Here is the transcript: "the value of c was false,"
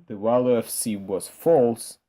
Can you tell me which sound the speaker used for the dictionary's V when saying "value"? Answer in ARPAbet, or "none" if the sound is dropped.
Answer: W